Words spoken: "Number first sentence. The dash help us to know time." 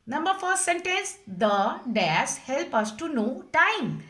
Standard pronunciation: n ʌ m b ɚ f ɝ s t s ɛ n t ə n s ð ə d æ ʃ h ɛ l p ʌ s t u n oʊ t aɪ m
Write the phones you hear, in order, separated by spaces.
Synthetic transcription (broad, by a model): n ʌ m b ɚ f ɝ t s ɛ n t ə n s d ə d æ s h ɛ l p ʌ s t u n oʊ t aɪ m